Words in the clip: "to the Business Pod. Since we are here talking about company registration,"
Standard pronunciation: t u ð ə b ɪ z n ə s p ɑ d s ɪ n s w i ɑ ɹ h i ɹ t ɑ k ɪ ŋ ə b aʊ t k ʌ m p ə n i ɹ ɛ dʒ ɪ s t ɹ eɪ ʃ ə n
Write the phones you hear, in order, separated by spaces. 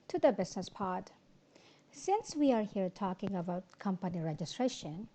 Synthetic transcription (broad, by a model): t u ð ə b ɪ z n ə s p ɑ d s ɪ n s w i ɑ ɹ h i ɹ t ɑ k ɪ ŋ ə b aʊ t k ʌ m p ə n i ɹ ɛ dʒ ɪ s t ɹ eɪ ʃ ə n